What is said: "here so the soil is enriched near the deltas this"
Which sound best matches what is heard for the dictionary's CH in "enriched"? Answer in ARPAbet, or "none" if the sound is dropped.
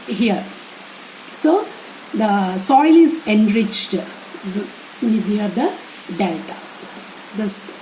CH